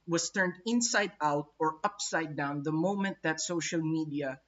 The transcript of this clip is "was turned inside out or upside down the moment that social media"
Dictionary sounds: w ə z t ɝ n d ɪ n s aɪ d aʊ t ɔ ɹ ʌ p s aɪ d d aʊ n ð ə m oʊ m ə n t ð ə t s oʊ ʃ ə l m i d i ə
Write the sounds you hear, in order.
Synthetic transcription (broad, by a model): w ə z t ɝ n d ɪ n s aɪ d aʊ t ɔ ɹ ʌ p s aɪ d d aʊ n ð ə m oʊ m ə n t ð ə t s oʊ ʃ ə l m i d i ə